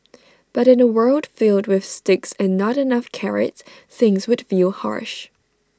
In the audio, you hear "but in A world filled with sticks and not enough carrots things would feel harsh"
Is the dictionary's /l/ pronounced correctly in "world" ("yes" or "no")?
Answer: yes